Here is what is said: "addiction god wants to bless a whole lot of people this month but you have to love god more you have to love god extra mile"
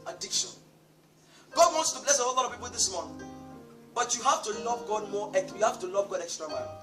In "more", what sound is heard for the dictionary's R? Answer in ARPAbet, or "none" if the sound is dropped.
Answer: W